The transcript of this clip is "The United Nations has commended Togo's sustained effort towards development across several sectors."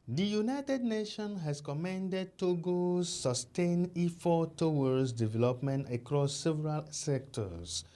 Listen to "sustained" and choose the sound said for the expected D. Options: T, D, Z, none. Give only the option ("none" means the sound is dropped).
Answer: none